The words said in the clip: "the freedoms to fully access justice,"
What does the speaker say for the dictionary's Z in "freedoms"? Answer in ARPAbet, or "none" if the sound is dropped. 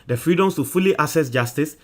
S